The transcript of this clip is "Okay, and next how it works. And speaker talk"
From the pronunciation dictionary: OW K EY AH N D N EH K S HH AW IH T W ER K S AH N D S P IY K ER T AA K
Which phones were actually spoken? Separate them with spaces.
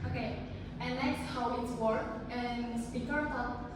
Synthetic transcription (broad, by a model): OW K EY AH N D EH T S HH AW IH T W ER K AH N S P IY K ER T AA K